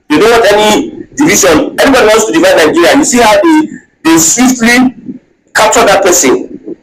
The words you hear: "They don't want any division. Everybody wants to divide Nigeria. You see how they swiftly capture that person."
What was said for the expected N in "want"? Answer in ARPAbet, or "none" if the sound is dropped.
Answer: none